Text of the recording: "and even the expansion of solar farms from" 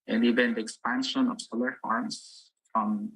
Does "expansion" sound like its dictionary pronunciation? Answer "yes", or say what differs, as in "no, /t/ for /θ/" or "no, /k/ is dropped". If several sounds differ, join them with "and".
yes